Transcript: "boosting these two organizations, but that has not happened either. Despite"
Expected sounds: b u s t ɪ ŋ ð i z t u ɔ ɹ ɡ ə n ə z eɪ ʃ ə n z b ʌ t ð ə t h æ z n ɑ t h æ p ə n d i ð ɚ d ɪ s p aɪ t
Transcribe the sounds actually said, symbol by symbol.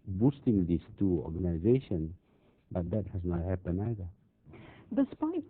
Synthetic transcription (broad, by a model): b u s t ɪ ŋ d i s t u ɔ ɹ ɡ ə n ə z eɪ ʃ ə n b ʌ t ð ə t h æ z n ɑ t h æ p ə n ɑ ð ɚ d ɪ s p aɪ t